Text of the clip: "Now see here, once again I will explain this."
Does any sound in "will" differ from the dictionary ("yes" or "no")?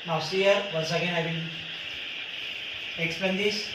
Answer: yes